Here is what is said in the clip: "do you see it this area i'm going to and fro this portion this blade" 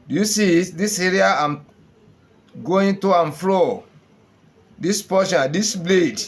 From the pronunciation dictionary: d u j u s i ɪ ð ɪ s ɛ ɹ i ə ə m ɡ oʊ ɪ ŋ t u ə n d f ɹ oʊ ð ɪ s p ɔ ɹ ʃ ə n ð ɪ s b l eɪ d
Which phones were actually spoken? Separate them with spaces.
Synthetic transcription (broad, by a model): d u j u s i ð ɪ s ɛ ɹ i ə ə m ɡ oʊ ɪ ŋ t u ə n f l oʊ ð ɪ s p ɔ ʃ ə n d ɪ s b l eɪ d